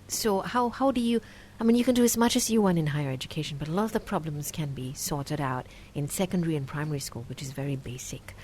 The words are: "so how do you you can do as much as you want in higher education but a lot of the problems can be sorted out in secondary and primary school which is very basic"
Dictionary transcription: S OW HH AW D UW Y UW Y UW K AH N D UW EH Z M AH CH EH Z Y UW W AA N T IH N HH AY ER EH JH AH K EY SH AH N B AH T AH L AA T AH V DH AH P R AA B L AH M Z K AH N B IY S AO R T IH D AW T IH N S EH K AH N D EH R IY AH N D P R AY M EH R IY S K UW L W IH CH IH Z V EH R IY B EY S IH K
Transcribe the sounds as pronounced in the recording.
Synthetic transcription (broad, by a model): S OW HH AW D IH Y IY Y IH K AH N D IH Z M AH CH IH Z Y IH W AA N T IH N HH AY ER EH JH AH K EY SH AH N B AH T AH L AA T AH V DH AH P R AA B L AH M Z K AH N B IY S AO R T IH D AW T IH N S EH K AH N D EH R IY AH N P R AY M EH R IY S K UW L W IH CH IH Z V EH R IY B EY S IH K